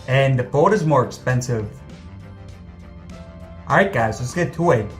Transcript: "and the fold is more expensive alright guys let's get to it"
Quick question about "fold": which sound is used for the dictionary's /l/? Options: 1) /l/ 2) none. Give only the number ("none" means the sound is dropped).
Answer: 2